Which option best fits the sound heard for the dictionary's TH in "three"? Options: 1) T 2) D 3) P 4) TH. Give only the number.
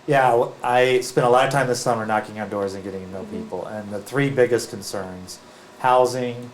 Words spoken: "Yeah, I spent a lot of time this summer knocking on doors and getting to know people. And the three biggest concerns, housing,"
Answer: 4